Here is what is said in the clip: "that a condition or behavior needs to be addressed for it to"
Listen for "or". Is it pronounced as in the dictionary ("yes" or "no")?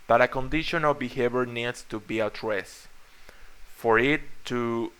no